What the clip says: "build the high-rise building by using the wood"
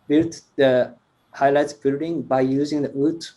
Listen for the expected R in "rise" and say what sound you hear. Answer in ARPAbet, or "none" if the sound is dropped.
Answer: L